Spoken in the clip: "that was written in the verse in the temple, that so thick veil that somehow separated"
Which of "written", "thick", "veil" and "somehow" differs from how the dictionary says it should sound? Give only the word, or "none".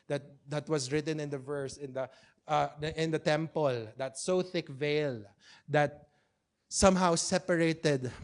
none